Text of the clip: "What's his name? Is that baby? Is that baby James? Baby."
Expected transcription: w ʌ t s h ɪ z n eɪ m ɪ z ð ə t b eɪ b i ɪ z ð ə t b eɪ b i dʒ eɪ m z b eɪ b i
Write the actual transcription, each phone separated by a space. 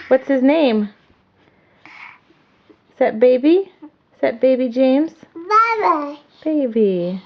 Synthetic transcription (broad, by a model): w ʌ t s h ɪ z n eɪ ɪ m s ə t b eɪ b i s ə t b eɪ b i dʒ eɪ m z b eɪ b i